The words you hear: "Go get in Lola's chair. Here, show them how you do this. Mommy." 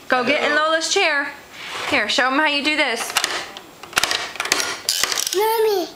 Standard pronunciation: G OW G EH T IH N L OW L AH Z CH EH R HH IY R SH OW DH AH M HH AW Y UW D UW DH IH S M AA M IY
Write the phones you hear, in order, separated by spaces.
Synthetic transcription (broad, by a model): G OW G EH T IH N L OW L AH S CH EH R HH IY R SH OW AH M HH AW Y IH D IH DH IH S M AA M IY